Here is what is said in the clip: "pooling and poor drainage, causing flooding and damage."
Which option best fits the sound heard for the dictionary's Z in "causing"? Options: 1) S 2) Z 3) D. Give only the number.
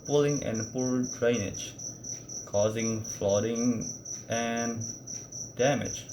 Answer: 2